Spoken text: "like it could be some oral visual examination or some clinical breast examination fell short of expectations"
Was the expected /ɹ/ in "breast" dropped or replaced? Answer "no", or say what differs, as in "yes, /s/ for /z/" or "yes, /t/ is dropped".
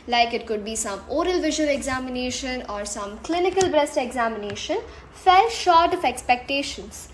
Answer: no